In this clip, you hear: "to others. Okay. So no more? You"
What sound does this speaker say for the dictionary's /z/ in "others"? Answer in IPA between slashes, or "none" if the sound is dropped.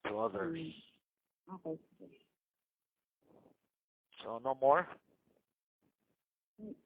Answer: none